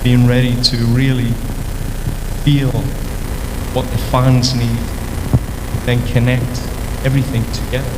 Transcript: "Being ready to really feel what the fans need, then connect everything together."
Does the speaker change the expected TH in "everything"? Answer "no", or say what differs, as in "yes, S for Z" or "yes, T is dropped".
no